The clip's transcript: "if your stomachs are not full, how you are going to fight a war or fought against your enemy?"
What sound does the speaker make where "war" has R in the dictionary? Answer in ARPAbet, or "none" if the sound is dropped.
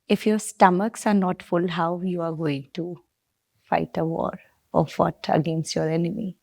R